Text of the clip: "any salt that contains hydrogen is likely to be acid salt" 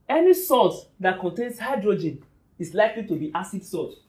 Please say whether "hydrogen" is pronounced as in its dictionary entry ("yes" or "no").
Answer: yes